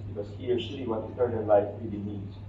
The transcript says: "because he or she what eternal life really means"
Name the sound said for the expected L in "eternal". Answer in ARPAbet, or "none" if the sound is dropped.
N